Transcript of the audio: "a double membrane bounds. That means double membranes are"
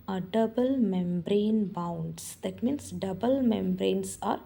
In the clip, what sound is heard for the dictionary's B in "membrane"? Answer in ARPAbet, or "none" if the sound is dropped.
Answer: B